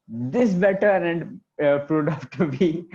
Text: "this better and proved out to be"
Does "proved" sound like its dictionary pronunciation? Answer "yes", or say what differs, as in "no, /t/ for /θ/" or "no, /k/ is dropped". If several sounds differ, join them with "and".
no, /v/ is dropped